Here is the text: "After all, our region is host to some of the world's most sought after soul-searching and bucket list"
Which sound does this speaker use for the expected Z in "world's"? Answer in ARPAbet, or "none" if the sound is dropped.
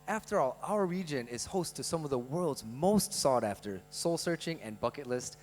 Z